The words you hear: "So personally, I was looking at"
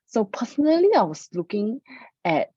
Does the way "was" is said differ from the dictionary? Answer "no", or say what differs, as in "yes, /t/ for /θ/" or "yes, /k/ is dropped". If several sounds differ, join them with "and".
yes, /s/ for /z/